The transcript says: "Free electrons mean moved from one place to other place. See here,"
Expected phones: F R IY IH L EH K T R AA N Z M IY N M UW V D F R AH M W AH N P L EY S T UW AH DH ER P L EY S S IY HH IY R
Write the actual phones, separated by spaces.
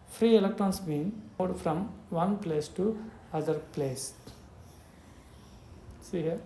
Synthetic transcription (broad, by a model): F R IY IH L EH K T R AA N S M IY N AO D F R AH M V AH N P L EY S T UW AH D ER P L EY S S IY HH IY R